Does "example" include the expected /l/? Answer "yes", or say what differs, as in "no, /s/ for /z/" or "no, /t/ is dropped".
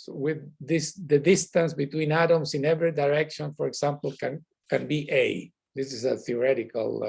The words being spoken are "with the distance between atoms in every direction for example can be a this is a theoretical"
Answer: no, /n/ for /l/